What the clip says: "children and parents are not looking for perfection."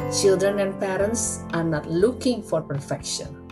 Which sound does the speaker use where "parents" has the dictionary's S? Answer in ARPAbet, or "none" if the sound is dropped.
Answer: S